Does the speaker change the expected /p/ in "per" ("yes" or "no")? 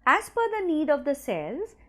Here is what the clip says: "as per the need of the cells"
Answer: yes